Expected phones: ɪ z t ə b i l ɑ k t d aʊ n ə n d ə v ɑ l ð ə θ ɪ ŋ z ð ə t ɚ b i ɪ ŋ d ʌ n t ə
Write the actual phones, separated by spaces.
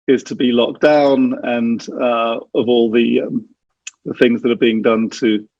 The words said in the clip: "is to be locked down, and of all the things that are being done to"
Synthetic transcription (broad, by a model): ɪ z t ə b i l ɑ k d aʊ n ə n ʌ ə v ɑ l ð ə θ ɪ ŋ z ð ə t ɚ b i ɪ ŋ d ʌ n t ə